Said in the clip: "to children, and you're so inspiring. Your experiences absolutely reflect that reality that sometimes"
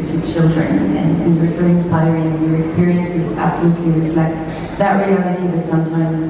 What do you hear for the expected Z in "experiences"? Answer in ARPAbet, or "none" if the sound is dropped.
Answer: Z